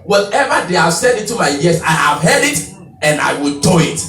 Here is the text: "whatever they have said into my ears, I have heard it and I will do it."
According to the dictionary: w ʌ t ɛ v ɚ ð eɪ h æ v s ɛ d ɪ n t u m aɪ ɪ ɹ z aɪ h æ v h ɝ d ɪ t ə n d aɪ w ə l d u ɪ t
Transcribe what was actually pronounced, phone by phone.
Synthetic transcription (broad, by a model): w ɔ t ɛ v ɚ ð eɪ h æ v s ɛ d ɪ t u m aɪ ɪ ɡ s aɪ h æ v h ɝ d ɪ t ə n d aɪ w ə l d u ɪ t